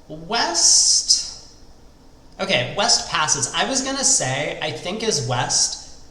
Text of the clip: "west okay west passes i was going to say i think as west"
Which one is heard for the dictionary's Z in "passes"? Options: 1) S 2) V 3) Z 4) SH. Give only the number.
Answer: 3